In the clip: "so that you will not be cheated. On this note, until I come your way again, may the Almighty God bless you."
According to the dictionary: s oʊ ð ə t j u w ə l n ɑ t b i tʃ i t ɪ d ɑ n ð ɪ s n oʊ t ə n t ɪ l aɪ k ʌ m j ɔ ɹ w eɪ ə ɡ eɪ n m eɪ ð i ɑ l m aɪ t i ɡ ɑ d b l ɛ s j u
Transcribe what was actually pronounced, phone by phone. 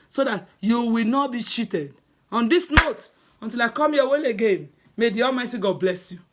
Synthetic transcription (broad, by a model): s oʊ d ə t j u w ə l n ɑ t b i tʃ i t ɪ d ɑ n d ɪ s n oʊ t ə n t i l aɪ k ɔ m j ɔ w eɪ ə ɡ eɪ n m eɪ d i ɑ l m aɪ t i ɡ ɑ d b l ɛ s j u